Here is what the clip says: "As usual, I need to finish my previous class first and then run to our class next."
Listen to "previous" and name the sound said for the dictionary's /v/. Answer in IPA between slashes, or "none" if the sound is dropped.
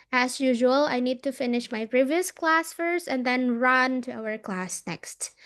/v/